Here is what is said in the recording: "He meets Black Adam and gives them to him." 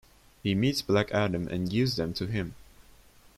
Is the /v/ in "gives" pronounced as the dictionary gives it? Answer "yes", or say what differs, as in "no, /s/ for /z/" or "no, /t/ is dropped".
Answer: no, /v/ is dropped